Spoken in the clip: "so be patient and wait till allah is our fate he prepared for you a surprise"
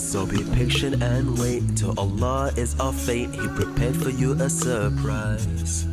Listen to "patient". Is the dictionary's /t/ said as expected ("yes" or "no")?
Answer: no